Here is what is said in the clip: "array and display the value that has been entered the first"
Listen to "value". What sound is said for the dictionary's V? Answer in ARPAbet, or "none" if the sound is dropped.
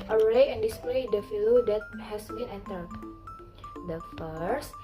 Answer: F